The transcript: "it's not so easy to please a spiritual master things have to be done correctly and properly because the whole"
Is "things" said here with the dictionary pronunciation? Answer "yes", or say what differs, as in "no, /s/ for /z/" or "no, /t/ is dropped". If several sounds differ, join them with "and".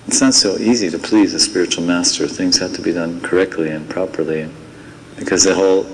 yes